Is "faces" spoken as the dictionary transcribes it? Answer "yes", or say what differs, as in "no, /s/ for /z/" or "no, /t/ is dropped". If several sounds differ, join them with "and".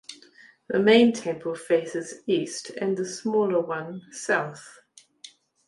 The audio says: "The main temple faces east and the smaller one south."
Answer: yes